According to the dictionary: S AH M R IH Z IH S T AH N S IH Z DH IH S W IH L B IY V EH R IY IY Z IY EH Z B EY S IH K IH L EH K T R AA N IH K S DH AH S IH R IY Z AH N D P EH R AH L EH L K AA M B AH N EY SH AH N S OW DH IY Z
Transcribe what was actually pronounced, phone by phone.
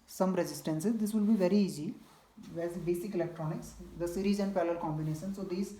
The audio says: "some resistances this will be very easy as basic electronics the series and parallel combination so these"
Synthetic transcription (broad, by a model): S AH M R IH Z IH S T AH N S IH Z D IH S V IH L B IY V EH R IY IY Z IY EH Z B EY S IH K IH L EH K T R AA N IH K S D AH S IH R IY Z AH N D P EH L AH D K AA M B AH N EY SH AH N S OW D IY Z